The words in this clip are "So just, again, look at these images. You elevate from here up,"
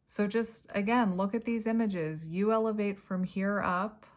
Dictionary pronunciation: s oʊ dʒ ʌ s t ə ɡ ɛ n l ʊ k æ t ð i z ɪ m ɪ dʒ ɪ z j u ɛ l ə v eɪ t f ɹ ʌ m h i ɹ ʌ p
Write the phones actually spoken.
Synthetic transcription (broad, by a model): s oʊ dʒ ʌ s t ə ɡ ɛ n l ʊ k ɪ t ð i z ɪ m ɪ dʒ ɪ z j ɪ ɛ l ə v eɪ t f ɹ ʌ m h i ɹ ʌ p